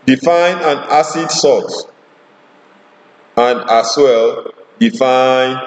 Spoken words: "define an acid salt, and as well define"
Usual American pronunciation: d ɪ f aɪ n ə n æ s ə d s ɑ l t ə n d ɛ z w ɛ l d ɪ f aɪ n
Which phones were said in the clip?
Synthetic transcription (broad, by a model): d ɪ f aɪ n ə n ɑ s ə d s ɑ t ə n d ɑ s w ɛ l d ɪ f aɪ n